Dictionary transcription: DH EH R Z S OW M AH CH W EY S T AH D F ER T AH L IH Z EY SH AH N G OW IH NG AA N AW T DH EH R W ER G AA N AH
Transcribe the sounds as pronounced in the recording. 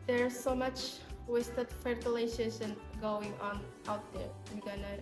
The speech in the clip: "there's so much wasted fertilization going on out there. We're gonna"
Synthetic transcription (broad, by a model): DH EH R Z S OW M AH CH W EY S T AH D F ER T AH L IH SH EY S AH N G OW IH NG AA N AW T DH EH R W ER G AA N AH